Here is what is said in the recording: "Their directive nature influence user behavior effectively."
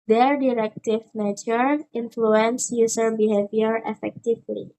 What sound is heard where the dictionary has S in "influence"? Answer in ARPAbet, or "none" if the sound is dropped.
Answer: S